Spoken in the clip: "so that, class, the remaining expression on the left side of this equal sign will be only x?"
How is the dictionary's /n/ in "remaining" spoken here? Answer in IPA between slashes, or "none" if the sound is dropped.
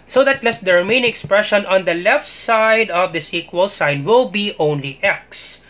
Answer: none